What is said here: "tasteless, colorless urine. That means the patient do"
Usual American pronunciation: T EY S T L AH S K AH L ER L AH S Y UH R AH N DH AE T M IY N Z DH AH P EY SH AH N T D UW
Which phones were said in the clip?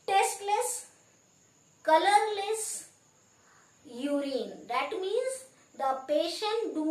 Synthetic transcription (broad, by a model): T EY S T L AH S K AH L ER L AH S Y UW R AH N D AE T M IY N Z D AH P EY SH AH N T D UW